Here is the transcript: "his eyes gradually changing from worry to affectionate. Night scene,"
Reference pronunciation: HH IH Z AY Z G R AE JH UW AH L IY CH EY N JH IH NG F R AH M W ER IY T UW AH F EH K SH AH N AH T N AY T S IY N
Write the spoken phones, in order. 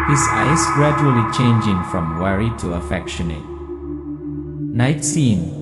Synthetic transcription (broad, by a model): HH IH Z AY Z G R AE JH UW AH L IY CH EY N JH IH NG F R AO M W ER IY T UW AH F EH K SH AH N AH T N AY T S IY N